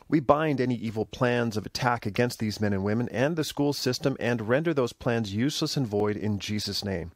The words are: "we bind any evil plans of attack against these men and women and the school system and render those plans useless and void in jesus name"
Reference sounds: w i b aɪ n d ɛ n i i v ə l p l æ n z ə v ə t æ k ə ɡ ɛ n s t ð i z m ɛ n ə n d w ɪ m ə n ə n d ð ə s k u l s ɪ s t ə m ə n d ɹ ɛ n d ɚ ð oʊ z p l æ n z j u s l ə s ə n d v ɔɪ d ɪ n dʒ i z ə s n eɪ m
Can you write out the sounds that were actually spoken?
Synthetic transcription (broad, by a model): w i b aɪ n d ɛ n i i v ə l p l æ n z ə v ə t æ k ə ɡ ɛ n s t ð i z m ɛ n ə n w ɪ m ə n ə n ð ə s k u l s ɪ s t ə m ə n ɹ ɛ n d ɚ ð oʊ z p l æ n z j u s l ə s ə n v ɔɪ d ɪ n dʒ i z ə s n eɪ m